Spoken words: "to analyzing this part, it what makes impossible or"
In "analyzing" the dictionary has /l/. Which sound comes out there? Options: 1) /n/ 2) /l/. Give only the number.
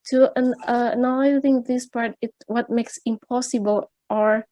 1